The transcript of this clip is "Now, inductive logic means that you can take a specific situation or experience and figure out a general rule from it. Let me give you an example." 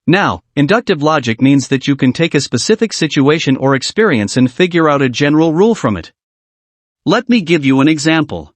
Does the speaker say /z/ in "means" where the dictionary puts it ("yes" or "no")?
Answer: yes